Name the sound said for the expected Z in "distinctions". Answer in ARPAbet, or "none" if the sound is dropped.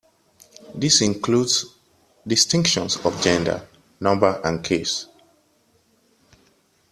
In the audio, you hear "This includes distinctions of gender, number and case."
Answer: S